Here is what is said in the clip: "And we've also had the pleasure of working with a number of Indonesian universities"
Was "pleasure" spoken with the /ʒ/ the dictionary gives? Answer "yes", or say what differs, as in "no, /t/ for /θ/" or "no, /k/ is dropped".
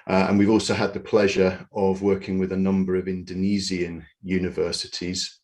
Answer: yes